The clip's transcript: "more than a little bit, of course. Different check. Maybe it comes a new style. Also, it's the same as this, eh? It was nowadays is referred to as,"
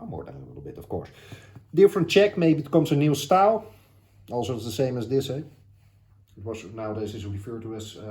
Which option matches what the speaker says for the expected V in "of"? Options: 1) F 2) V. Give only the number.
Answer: 1